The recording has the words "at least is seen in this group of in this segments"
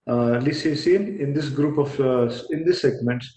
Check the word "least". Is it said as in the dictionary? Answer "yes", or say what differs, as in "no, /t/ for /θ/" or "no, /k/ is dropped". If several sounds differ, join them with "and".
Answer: no, /t/ is dropped